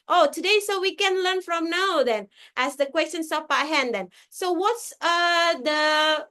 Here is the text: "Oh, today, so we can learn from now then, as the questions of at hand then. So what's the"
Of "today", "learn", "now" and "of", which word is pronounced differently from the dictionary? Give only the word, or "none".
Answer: of